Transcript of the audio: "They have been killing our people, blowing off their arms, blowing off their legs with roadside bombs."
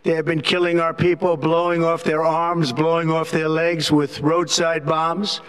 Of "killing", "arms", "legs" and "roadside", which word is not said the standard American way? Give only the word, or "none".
none